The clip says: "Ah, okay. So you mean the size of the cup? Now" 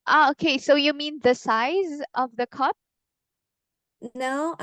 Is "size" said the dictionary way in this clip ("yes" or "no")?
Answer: yes